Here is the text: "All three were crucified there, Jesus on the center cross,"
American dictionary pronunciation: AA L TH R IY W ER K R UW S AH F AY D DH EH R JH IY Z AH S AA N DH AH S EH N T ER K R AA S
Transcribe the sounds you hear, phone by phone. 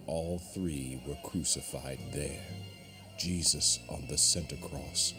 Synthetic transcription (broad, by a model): AA L TH R IY W ER K R UW S AH F AY D DH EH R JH IY Z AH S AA N DH AH S EH N T ER K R AA S